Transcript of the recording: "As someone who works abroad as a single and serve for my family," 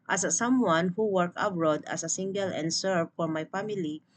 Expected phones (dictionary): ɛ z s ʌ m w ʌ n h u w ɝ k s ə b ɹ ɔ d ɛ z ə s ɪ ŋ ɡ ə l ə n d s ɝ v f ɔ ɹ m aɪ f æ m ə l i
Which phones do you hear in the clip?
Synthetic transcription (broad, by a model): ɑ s s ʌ m w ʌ n h u w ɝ k ə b ɹ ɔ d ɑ s ə s ɪ ŋ ɡ ə l ə n d s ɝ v f ɔ ɹ m aɪ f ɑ m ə l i